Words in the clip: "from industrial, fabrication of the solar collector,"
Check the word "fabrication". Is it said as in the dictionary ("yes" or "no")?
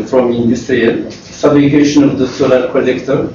no